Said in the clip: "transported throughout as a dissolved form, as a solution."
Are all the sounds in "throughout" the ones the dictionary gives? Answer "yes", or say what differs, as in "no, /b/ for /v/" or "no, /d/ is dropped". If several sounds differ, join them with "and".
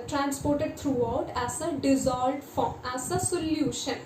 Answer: no, /t/ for /θ/